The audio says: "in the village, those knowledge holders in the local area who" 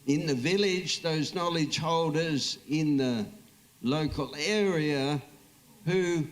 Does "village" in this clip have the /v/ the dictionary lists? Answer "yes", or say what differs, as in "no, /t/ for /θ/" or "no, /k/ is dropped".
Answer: yes